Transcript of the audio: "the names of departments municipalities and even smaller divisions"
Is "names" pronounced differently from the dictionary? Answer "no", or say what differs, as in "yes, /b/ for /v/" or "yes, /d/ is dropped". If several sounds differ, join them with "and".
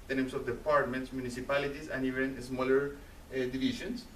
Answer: yes, /s/ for /z/